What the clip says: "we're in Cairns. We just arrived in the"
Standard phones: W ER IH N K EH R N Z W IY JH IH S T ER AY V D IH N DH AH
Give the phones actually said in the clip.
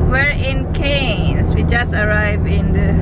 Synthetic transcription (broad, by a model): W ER IH N K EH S W IY JH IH S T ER AY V IH N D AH